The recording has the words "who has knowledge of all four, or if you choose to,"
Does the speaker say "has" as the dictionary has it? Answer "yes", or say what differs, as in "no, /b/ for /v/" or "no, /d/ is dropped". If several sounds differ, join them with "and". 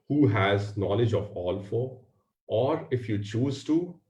yes